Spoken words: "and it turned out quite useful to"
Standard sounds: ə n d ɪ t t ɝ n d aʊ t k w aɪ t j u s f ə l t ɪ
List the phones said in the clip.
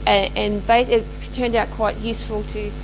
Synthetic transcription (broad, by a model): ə n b ɪ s t ɝ n d aʊ t k w aɪ t j u s f ə l t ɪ